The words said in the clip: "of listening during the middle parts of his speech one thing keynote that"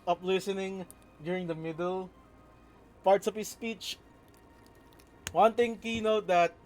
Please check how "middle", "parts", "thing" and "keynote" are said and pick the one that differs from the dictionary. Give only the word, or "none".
thing